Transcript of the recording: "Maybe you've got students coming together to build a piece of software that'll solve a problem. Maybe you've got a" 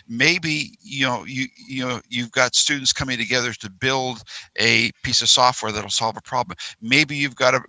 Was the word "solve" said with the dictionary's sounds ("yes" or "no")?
yes